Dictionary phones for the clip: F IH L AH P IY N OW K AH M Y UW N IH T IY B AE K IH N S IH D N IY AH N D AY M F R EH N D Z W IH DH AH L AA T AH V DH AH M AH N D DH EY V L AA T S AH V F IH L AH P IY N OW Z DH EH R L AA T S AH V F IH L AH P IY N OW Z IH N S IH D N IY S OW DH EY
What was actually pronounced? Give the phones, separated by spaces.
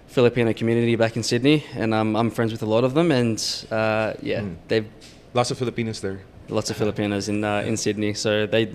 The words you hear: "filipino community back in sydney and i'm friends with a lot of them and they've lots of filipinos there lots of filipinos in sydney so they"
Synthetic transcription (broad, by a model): F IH L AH P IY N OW K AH M Y UW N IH T IY B AE K IH N S IH D N IY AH N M AY M F R EH N D Z W IH DH AH L AA T AH V DH AH M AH N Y DH EY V L AA T S AH V F IH L AH P IY N OW Z DH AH R L AA T S AH V F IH L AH P IY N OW Z IH N S IH D N IY S OW DH EY